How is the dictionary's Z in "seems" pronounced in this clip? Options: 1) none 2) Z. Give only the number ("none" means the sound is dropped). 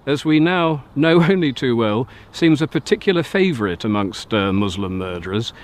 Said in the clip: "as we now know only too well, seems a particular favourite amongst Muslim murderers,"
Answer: 2